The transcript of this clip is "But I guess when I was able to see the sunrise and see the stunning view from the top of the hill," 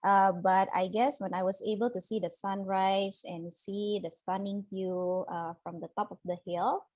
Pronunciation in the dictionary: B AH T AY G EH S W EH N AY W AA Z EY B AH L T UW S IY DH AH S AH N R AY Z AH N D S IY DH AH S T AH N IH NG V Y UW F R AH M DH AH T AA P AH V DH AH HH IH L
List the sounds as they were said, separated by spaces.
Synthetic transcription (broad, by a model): B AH T AY G EH S W EH N AY W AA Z EY B AH L T UW S IY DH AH S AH N R AY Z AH N S IY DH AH S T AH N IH NG F Y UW F R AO M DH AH T AA P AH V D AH HH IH L